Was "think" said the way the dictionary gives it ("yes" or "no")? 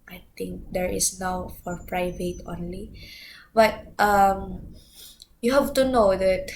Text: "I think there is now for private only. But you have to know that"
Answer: no